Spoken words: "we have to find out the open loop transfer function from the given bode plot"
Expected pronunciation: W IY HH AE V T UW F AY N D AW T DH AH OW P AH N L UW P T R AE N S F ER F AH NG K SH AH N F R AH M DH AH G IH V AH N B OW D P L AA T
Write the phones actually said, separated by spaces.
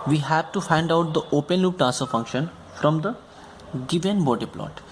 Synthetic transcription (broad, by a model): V IY HH AE V T UW F AY N D AW T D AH OW P AH N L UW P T AE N S ER F AH NG K SH AH N F R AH M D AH G IH V AH N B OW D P L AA T